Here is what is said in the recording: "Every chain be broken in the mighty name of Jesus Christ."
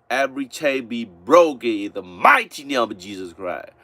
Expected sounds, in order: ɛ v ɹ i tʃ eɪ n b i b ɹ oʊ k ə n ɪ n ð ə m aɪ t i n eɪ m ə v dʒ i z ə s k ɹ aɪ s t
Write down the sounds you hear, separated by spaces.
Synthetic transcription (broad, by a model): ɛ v ɹ i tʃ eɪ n b i b ɹ oʊ k ə n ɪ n ð ə m aɪ t i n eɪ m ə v dʒ i z ə s k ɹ aɪ s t